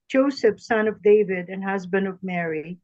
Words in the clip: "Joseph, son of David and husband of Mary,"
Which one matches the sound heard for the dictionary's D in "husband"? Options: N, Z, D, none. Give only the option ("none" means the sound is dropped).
D